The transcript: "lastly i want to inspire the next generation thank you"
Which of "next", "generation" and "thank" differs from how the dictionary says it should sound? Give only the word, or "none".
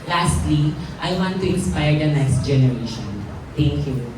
thank